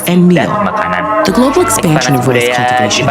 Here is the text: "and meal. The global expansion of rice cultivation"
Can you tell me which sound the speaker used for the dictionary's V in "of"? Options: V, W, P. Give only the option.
V